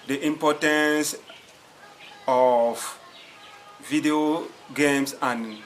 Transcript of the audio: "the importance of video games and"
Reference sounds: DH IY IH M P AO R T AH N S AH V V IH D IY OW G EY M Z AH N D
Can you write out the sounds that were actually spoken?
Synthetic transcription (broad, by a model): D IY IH M P AO T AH N S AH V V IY D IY OW G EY M S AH N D